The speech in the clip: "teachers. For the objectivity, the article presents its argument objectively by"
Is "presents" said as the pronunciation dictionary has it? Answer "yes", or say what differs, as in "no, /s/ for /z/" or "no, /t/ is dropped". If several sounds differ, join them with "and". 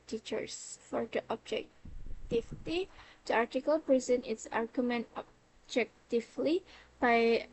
no, /s/ is dropped